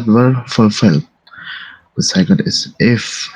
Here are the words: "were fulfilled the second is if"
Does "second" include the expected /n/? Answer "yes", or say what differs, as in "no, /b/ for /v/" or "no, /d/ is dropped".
no, /l/ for /n/